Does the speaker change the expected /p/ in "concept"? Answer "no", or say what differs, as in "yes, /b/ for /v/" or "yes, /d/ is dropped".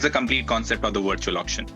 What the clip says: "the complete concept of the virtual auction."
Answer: no